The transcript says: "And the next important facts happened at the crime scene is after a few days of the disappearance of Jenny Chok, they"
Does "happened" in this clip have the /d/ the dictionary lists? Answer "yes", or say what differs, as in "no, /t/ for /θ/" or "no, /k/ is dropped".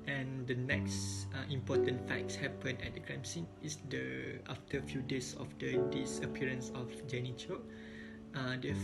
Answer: no, /d/ is dropped